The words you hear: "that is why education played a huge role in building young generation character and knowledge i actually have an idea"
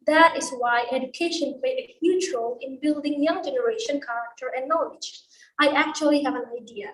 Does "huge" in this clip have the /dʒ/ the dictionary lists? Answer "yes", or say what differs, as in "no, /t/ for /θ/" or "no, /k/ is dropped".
no, /tʃ/ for /dʒ/